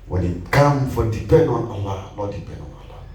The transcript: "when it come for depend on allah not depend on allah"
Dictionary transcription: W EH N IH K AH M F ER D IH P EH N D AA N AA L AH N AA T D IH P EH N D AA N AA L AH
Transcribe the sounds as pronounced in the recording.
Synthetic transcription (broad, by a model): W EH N IH K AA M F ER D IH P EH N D AA N AA L AH L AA D IH P EH N D AA N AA L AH